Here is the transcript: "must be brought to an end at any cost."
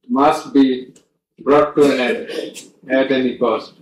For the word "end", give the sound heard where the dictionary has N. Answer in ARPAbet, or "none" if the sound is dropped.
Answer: none